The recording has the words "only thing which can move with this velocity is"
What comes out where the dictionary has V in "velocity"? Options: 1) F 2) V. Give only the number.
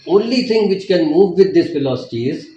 1